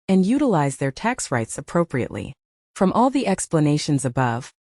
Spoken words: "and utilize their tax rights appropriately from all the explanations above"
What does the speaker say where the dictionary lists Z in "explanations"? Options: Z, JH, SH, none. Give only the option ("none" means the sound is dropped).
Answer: Z